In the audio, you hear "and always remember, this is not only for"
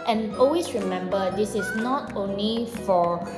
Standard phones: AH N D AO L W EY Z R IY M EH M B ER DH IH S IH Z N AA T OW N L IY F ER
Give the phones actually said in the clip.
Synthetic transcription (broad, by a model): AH N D AO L W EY S R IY M EH M B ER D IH S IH S N AA T OW N L IY F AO